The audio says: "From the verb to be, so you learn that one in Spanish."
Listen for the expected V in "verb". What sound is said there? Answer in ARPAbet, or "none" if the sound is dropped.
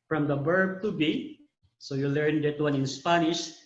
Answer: B